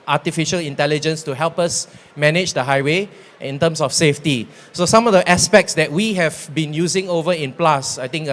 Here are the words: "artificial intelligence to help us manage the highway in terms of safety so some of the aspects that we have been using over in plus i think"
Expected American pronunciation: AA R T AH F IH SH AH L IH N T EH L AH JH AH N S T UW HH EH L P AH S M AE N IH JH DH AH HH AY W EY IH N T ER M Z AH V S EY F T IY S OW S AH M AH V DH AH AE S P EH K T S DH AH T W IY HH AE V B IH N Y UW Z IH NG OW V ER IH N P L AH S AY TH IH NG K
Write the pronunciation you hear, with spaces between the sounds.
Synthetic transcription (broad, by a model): AA T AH F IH SH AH L IH N T EH L AH JH AH N S T UW HH EH L P AH S M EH N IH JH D AH HH AY W EY IH N T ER M S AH F S EY F T IY S OW S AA M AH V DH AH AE S P EH K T S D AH T W IY HH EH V B IH N Y UW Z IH NG OW V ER IH N P L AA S AY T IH NG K